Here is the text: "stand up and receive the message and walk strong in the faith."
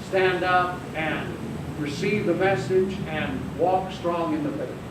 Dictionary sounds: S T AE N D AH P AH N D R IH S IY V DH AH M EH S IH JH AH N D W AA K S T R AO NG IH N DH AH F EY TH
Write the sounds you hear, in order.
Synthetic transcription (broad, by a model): S T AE N D AH P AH N R IH S IY V DH AH M EH S IH JH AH N W AA K S T R AO NG IH N DH AH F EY